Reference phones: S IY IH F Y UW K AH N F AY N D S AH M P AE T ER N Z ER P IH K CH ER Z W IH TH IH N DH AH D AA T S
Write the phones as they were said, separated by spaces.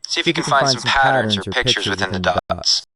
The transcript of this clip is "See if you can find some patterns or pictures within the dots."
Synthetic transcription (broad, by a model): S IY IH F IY K AH N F AY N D S AH M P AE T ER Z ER P IH K CH ER Z W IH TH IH N DH AH D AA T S